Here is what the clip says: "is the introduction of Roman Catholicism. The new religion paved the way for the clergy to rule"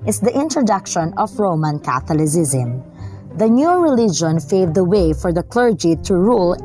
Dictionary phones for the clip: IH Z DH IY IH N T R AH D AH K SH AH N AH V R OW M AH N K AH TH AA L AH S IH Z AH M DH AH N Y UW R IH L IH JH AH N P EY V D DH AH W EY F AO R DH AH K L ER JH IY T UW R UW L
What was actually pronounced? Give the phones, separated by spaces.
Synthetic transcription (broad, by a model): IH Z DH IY IH N T R AH D AH K SH AH N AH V R OW M AH N K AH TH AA L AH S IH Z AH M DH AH N Y UW R IH L IH JH AH N F EY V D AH W EY F AO R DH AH K L ER JH IY T UW R UW L